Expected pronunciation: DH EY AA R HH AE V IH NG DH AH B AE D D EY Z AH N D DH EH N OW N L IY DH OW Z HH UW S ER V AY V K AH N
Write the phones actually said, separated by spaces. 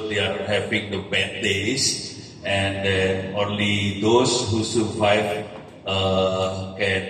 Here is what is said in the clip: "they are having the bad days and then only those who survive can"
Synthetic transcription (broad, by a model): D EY AA R HH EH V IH NG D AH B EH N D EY S AH N D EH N OW N L IY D OW S HH UW S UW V AY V K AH N